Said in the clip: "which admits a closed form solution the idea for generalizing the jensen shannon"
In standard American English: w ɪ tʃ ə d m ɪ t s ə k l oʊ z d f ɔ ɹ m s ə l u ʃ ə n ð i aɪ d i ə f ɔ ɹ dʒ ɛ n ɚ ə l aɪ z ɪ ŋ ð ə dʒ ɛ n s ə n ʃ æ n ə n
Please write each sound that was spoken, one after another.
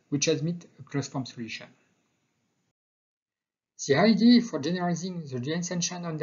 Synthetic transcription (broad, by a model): w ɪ tʃ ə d m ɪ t ə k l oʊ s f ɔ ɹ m s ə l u ʃ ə n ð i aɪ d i f ɔ ɹ dʒ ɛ n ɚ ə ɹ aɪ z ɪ ŋ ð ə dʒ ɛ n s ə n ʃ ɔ n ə n